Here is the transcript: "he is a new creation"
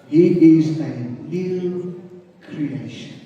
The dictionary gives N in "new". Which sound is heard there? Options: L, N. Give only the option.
L